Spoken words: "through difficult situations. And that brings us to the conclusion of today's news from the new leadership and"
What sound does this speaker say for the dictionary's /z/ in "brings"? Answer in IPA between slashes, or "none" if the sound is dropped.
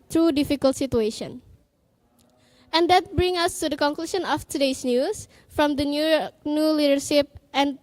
none